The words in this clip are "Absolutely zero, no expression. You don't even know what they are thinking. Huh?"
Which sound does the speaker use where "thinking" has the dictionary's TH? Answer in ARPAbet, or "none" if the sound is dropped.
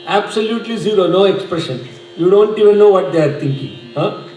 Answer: T